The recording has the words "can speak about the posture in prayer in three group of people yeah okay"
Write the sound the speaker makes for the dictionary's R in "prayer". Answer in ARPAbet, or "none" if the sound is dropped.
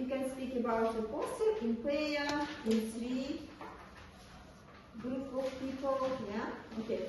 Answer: none